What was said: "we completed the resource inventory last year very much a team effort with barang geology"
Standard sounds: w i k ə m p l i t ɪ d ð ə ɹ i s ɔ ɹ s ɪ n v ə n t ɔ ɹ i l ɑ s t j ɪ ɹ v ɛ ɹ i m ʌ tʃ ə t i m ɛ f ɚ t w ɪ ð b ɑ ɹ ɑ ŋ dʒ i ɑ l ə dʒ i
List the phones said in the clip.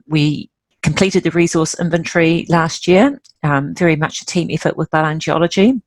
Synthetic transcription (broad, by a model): w i k ə m p l i t ɪ d ð ə ɹ i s ɔ s ɪ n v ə n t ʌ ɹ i l ɑ s t j ɪ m v ɛ ɹ i m ʌ tʃ ə t i m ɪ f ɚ t w ɪ ð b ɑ l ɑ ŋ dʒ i ɑ l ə dʒ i